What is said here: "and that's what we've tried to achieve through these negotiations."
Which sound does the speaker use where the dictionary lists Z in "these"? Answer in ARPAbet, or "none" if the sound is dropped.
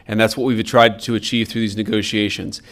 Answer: Z